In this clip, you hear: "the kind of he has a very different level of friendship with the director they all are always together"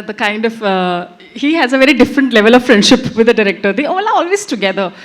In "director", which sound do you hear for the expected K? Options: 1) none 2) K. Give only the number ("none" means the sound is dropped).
2